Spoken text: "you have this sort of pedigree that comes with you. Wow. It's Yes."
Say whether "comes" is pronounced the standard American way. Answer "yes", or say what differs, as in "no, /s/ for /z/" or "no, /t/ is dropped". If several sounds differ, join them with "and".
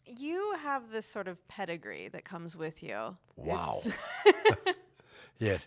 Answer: yes